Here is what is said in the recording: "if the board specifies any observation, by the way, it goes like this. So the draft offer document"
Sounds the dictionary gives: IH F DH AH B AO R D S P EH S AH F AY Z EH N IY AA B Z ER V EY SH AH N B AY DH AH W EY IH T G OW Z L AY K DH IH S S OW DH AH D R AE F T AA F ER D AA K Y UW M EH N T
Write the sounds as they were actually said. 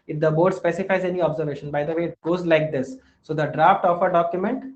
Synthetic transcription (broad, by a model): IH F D AH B AO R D S P EH S AH F AY Z EH N IY AA B Z ER V EY SH AH N B AY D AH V EY IH T G OW Z L AY K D IH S S OW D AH D R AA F T AA F ER D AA K Y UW M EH N T